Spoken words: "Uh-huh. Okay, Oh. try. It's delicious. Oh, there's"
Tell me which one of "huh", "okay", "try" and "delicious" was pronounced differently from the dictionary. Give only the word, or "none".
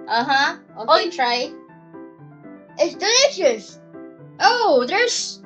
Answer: okay